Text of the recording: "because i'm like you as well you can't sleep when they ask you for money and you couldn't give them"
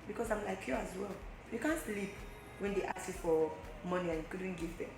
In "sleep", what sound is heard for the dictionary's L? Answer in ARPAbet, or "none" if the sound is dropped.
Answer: L